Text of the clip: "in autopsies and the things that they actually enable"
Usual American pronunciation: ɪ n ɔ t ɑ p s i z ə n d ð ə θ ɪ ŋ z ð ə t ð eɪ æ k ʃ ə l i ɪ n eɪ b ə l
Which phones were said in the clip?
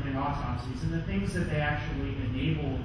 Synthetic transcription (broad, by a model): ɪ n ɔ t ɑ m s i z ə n ð ə θ ɪ ŋ z ð ə t ð eɪ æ k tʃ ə l i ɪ n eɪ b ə l